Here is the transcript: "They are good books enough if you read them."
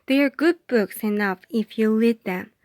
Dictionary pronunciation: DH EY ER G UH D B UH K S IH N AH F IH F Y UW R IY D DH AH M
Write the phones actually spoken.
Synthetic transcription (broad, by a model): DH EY ER G UH D B UH K S IH N AH F IH F Y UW L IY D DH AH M